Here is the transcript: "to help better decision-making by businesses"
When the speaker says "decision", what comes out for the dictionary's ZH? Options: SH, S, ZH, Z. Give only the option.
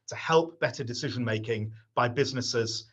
ZH